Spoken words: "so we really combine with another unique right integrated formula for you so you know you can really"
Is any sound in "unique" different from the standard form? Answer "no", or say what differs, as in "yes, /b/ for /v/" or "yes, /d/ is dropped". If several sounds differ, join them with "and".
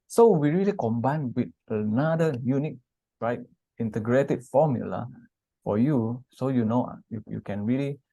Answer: no